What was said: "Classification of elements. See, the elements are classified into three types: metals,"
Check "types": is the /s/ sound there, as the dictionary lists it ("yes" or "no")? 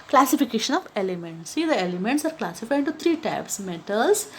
yes